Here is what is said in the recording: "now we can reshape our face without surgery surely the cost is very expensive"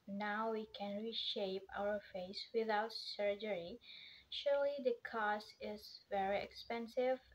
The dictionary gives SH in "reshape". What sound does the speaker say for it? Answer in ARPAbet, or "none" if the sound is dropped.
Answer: SH